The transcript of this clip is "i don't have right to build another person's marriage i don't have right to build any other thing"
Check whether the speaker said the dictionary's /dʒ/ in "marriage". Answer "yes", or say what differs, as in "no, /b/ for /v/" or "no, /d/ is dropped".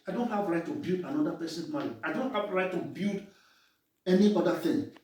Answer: no, /dʒ/ is dropped